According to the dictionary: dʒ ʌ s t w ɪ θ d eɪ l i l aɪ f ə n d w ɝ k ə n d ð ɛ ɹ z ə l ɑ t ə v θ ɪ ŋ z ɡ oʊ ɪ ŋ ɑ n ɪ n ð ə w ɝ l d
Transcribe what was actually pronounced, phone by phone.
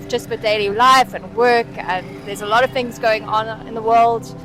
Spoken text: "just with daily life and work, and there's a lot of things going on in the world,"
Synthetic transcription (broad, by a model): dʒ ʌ s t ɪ d eɪ l i l aɪ f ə n w ɝ k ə n ð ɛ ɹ z ə l ɑ t ə v θ ɪ ŋ z ɡ oʊ ɪ ŋ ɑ n ɪ n ð ə w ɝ l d